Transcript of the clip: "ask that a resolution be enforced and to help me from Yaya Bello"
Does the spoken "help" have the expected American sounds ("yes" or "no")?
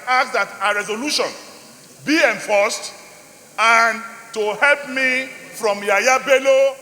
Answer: yes